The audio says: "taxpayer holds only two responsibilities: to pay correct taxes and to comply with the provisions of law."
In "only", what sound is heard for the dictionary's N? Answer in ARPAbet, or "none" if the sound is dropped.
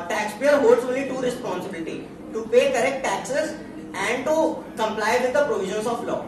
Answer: none